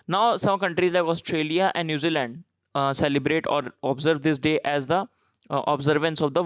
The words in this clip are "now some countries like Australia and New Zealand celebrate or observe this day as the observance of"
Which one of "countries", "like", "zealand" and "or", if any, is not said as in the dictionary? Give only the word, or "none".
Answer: none